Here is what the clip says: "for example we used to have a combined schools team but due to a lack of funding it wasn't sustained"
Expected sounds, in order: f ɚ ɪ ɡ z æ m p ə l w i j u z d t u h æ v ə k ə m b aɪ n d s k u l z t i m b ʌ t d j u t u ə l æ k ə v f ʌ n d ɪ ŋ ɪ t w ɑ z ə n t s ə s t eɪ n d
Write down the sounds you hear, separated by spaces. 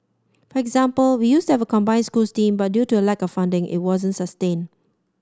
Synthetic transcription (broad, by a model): f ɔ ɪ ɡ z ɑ m p ə l w i j u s t u h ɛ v ə k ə m b aɪ n s k u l s t i m b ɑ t d j u t u ə l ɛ k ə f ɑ n d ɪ ŋ ɪ t w ɑ z ə n t s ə s t eɪ n